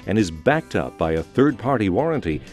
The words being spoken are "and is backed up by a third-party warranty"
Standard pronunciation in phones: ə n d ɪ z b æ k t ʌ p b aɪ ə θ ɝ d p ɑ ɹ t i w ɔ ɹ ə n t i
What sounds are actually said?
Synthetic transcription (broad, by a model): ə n ɪ z b æ k t ʌ p b aɪ ə θ ɝ d p ɑ ɹ t i w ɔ ɹ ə n t i